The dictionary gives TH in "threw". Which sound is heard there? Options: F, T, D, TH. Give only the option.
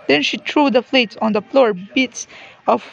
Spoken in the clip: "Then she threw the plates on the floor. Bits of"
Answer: T